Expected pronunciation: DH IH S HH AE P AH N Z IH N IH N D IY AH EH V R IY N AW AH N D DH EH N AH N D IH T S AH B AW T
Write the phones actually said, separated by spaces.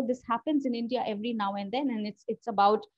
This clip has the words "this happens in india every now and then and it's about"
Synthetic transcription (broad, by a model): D IH S HH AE P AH N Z IH N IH N D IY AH EH V R IY N AW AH N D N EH N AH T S IH T S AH B AW T